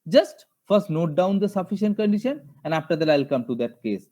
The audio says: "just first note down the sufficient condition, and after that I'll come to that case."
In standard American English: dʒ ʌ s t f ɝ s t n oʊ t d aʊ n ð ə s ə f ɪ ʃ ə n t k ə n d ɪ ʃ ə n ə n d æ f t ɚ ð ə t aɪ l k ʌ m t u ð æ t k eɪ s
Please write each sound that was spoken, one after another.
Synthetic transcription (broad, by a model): dʒ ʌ s t f ɝ s t n oʊ t d aʊ n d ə s ə f ɪ ʃ ə n t k ə n d ɪ ʃ ə n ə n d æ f t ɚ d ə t aɪ l k ʌ m t u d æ t k eɪ s